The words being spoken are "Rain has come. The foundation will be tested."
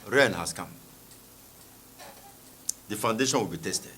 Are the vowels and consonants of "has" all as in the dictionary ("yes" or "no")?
no